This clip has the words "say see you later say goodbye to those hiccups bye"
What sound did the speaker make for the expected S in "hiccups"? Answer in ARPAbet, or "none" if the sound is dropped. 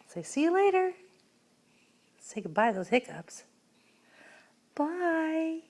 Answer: S